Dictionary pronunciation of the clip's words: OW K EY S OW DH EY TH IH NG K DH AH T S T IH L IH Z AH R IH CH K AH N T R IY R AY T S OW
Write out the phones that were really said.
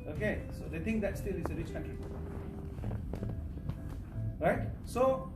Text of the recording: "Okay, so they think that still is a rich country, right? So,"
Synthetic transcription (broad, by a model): OW K EY S OW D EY T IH NG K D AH T S T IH L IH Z AH R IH CH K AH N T R IY R AY T S OW